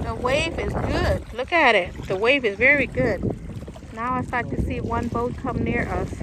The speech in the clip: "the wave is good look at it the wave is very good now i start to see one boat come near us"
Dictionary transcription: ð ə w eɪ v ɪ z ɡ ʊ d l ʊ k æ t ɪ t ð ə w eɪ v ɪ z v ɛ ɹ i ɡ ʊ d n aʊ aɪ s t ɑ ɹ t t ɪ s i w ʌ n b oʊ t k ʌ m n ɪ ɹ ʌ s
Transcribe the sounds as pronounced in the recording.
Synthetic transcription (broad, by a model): ð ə w eɪ v ɪ z ɡ ʊ d l ʊ k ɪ t ɪ t ð ə w eɪ v ɪ z v ɛ ɹ i ɡ ʊ d n aʊ aɪ s t ɑ ɹ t t ɪ s i w ʌ n b oʊ t k ʌ m n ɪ ɹ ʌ s